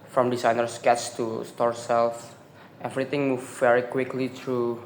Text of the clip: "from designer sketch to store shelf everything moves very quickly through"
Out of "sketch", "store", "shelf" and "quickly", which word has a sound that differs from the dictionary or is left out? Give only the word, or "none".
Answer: shelf